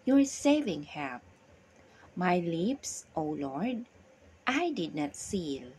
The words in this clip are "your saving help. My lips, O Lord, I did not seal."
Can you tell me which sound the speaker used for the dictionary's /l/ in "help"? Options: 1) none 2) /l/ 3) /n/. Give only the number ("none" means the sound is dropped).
1